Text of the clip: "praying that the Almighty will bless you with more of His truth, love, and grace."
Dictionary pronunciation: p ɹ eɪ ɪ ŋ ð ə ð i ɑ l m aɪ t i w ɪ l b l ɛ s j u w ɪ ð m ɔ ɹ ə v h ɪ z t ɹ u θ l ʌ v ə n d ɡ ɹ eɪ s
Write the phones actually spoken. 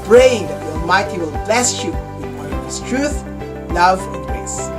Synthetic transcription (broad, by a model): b ɹ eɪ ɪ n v ð i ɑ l m aɪ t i w ɪ l b l ɛ s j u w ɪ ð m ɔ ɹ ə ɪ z t ɹ u θ l ʌ v ə n d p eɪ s